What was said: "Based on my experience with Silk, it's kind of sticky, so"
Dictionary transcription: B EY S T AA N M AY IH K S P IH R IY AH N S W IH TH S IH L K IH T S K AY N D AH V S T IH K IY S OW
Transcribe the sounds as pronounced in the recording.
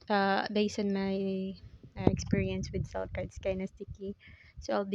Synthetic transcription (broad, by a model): B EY S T AA N M AY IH K S P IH R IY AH N S W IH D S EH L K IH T S K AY N AH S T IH K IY S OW